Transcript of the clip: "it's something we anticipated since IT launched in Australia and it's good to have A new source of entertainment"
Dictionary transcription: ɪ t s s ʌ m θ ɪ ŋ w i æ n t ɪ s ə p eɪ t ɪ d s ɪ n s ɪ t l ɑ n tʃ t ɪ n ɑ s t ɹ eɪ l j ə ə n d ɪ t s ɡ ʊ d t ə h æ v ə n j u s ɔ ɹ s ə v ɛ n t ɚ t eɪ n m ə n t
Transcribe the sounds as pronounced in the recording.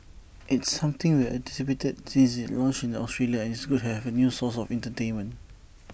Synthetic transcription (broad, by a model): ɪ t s s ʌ m t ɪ ŋ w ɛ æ t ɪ s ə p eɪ t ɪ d s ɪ n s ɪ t l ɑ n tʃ ɪ n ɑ s t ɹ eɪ l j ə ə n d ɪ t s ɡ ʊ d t h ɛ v ə n j u s ɔ s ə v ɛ n t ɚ t eɪ n m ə n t